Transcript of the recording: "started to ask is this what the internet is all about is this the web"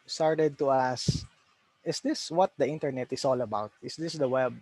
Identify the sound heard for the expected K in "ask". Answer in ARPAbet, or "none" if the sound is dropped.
none